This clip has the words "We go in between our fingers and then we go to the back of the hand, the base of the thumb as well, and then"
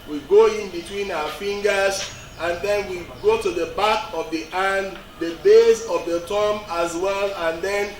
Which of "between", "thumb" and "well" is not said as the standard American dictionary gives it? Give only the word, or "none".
thumb